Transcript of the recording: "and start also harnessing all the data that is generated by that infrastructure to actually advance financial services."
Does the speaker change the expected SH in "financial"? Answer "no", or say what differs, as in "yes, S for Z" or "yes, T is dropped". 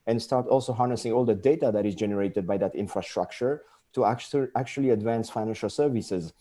no